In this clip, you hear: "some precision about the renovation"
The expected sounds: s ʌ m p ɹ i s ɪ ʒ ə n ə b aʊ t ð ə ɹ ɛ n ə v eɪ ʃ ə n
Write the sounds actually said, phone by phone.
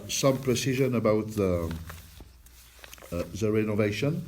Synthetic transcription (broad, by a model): s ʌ m p ɹ i s ɪ ʒ ə n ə b aʊ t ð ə ɹ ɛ n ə v eɪ ʃ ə n